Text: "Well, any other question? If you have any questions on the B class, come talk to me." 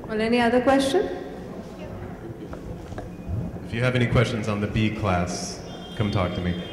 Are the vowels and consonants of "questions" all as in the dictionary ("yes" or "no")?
yes